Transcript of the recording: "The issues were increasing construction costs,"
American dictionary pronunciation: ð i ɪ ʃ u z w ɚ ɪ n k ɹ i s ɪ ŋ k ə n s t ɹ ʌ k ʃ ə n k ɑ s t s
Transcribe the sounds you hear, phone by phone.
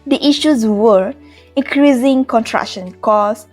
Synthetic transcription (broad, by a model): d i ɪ ʃ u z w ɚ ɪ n k ɹ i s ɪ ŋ k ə n t ɹ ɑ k ʃ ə n k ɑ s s